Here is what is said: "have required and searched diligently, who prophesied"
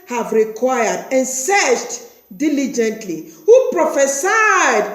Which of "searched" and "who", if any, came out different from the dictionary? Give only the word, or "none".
searched